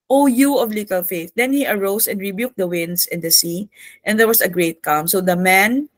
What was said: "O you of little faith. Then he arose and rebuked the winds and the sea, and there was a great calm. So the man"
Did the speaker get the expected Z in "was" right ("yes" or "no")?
no